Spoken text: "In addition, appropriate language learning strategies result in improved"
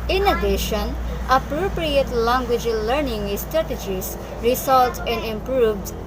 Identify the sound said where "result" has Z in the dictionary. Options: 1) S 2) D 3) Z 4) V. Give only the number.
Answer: 1